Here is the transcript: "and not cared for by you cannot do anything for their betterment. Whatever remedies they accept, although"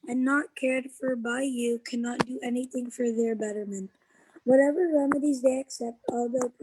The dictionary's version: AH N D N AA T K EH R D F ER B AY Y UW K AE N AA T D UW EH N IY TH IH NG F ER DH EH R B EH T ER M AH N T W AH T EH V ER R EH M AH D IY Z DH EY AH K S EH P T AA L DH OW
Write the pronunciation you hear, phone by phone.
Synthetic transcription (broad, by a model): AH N N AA T K EH R D F ER B AY Y UW K AE N AA T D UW EH N IY TH IH NG F ER DH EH R B EH T ER M AH N T W AH T EH V ER R EH M AH D IY Z DH EY AH K S EH P T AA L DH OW